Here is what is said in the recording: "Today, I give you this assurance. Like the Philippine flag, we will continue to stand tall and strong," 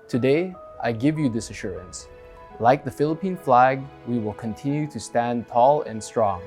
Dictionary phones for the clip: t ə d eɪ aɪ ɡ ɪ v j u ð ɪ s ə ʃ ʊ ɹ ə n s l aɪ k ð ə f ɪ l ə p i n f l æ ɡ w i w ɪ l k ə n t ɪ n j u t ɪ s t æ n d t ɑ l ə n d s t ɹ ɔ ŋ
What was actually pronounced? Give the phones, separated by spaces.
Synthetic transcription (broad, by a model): t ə d eɪ aɪ ɡ ɪ v j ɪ ð ɪ s ə ʃ ʊ ɹ ə n s l aɪ k ð ə f ɪ l ə p i n f l æ ɡ w i w ɪ l k ə n t ɪ n j u t ɪ s t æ n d t ɑ l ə n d s t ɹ ɔ ŋ